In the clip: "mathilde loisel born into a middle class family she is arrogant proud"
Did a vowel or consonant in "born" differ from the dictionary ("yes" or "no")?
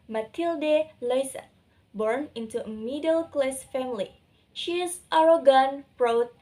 no